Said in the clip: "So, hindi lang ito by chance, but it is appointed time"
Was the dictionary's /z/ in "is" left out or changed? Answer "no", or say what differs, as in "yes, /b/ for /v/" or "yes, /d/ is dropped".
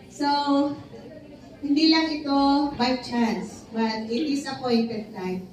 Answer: yes, /s/ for /z/